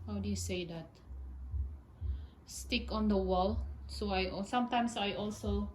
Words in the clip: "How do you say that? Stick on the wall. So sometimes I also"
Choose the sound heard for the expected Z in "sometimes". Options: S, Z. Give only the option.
S